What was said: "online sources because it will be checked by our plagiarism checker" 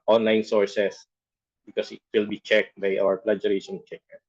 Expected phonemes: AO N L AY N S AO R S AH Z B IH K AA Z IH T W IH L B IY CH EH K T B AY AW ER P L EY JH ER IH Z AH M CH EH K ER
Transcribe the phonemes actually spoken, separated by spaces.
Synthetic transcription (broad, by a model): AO N L AY N S AO R S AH S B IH K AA S IH T W IH L B IY CH EH K T B AY AW ER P L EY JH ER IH S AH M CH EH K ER